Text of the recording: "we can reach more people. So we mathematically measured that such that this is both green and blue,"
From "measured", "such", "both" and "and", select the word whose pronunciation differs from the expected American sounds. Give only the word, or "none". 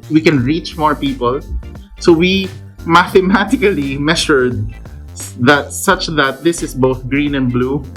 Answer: measured